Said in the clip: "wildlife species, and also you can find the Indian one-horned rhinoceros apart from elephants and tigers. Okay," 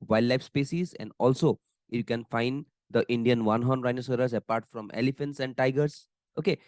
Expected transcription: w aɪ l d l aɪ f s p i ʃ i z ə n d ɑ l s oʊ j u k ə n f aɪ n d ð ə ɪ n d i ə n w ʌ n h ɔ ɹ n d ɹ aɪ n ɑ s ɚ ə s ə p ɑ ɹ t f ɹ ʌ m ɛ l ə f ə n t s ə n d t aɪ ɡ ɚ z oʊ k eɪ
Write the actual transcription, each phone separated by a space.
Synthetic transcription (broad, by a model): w aɪ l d l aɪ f s p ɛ s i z ə n d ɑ l s oʊ j u k ə n f aɪ n d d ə ɪ n d i ə n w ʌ n h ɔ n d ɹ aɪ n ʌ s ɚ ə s ə p ɑ ɹ t f ɹ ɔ m ɛ l ə f ə n t s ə n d t aɪ ɡ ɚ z oʊ k eɪ